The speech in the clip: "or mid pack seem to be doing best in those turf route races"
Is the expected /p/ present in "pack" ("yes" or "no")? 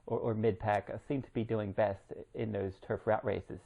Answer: yes